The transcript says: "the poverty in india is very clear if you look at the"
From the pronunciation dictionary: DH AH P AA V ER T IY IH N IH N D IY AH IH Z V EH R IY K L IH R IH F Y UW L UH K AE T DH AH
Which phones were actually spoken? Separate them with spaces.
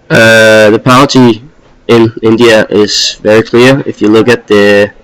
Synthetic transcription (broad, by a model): DH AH P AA ER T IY IH N IH N D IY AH IH Z V EH R IY K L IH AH IH F Y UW L UH K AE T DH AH